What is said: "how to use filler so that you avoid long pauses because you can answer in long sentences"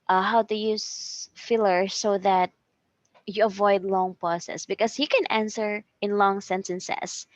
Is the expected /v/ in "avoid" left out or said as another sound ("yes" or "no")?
no